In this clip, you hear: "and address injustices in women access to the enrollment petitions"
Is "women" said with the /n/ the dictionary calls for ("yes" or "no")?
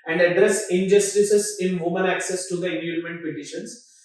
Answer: no